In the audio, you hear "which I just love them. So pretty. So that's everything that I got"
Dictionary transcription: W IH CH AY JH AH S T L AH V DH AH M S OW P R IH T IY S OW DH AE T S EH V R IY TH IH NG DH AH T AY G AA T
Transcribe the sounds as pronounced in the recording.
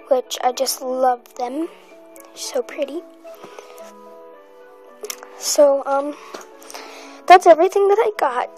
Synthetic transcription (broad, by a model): W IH CH AY JH AH S T L AH V DH AH M S OW P R IH T IY S OW DH AE T S EH V R IY TH IH NG DH AH T AY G AA T